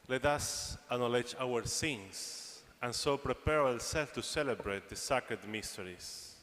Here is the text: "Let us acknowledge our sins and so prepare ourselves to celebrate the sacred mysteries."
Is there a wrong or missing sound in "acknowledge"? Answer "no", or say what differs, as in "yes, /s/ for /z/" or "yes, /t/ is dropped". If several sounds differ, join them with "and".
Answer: yes, /k/ is dropped